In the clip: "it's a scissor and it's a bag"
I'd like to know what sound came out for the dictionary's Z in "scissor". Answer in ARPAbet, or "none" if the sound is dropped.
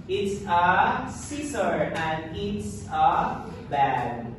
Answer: S